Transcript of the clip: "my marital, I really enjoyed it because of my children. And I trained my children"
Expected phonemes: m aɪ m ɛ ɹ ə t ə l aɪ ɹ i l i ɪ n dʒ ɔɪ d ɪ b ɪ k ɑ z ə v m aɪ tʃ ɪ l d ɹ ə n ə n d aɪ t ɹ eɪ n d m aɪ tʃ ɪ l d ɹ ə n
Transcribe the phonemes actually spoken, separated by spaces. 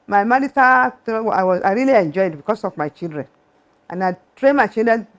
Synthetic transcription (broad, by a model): m aɪ m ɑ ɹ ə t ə w aɪ ɹ i l i ɪ n dʒ ɔɪ d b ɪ k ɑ s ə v m aɪ tʃ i l d ɹ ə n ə n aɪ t ɹ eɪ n m aɪ tʃ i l d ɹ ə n